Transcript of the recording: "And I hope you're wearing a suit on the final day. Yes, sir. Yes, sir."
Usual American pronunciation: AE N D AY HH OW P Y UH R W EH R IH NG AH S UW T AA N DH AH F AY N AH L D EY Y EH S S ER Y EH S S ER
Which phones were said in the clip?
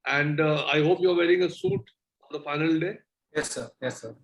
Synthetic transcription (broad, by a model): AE N D AY HH OW P Y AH R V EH R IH NG AH S UW T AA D AH F AY N AH L D EY Y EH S S ER Y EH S S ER